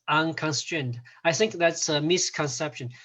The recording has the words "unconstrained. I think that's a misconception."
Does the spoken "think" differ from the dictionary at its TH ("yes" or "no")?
no